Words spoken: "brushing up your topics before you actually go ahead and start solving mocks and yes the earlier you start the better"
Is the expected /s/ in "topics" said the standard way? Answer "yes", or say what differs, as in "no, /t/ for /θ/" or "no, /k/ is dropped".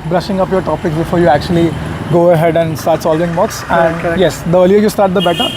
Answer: yes